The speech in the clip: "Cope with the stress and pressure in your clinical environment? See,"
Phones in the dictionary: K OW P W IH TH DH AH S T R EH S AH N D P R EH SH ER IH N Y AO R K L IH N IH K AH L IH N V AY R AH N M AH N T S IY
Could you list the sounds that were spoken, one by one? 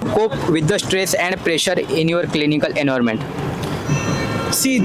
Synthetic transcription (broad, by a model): K OW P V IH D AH S T R EH S AH N D P R EH SH ER IH N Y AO R K L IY N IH K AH L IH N AY R M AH N T S IY